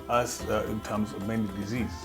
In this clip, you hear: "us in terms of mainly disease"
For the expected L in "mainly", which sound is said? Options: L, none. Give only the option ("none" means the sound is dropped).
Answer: none